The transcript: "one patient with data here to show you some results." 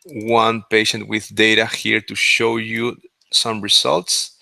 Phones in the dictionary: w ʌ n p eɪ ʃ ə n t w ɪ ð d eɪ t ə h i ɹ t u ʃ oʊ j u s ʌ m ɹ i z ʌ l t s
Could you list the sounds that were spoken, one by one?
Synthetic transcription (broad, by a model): w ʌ n p eɪ ʃ ə n t w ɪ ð d eɪ t ə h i ɹ t u ʃ oʊ j u s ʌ m ɹ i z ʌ l t s